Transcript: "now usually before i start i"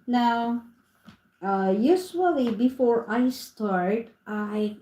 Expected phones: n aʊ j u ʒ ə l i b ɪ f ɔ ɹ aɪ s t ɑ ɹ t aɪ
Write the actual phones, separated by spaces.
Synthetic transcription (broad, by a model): n aʊ j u s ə l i b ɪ f ɔ ɹ aɪ s t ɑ ɹ t aɪ